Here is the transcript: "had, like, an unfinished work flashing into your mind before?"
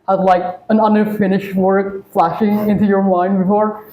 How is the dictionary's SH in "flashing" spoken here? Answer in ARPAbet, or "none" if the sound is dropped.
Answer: SH